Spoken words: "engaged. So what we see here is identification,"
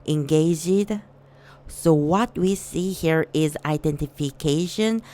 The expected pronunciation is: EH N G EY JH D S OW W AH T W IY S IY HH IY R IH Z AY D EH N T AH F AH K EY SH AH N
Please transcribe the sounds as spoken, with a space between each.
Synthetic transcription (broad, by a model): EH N G EY JH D S OW W AH T W IY S IY HH IY R IH Z AY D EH N T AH F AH K EY SH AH N